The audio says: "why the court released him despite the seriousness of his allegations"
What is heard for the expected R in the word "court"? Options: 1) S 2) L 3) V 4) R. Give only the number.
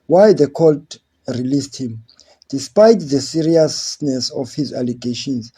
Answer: 2